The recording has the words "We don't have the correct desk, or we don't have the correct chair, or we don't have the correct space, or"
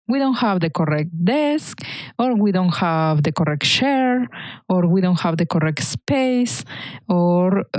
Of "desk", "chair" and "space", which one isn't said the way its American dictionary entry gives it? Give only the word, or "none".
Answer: chair